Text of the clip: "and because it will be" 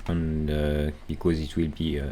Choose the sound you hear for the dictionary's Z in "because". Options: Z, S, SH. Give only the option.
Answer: Z